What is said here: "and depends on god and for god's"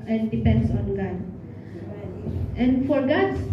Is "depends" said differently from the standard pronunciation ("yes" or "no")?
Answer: yes